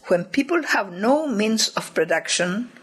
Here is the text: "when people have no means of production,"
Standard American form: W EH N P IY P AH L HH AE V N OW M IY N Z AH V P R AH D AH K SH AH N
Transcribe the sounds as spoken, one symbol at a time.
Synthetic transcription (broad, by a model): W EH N P IY P AH L HH AE V N OW M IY N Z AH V P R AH D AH K SH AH N